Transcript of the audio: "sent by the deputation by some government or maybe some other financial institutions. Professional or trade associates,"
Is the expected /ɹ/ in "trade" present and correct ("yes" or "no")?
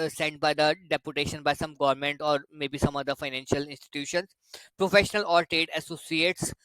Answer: no